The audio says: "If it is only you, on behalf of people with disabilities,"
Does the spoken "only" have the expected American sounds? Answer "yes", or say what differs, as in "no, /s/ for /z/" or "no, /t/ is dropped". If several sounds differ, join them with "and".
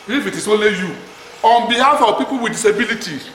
no, /n/ is dropped